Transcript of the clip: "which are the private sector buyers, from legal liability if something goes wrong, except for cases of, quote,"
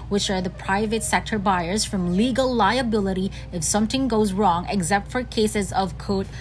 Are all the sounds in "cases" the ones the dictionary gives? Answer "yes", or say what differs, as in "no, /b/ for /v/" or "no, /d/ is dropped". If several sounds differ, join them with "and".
yes